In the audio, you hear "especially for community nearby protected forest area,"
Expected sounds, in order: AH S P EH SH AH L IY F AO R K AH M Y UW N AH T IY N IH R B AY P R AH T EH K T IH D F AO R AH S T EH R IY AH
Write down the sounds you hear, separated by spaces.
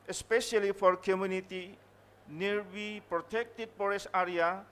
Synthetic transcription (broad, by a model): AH S P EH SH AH L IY F AO R K AH M Y UW N AH T IY N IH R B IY P R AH T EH K T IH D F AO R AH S AA R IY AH